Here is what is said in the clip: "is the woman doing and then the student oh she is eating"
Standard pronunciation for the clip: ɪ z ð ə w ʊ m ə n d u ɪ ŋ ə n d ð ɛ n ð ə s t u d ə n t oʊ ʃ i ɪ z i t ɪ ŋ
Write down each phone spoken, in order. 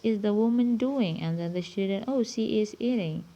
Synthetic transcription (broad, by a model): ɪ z ð ə w ʊ m ə n d u ɪ ŋ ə n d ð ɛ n ð ə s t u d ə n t oʊ s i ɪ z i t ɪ ŋ